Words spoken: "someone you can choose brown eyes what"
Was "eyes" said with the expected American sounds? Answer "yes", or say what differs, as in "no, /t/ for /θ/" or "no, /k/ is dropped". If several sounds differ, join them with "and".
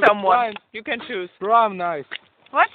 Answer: no, /s/ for /z/